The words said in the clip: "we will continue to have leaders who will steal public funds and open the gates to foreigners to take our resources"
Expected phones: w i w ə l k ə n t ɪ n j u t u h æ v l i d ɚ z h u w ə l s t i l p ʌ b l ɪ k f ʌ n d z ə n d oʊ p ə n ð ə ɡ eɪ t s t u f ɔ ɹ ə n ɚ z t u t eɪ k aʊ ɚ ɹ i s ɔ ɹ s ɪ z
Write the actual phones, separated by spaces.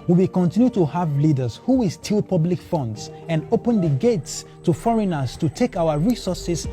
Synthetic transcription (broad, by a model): w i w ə k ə n t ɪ n j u t u h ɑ v l i d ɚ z h u w ə l s t i l p ʌ b l ɪ k f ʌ n d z ə n d oʊ p ə n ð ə ɡ eɪ t s t u f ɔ ɹ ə n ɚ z t u t eɪ k aʊ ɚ ɹ i s ɔ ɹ s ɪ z